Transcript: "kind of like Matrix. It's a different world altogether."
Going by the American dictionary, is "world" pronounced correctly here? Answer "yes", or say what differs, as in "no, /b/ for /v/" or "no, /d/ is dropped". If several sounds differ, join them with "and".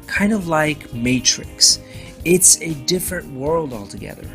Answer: yes